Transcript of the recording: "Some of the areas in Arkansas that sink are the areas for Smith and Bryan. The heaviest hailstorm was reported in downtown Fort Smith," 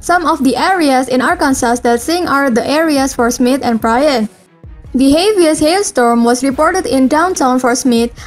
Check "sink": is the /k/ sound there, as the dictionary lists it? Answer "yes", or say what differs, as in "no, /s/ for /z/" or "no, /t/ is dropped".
no, /k/ is dropped